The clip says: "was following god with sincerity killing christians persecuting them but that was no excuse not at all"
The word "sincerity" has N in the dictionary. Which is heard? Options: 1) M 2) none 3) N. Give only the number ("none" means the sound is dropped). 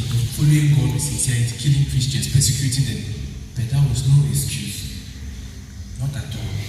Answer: 2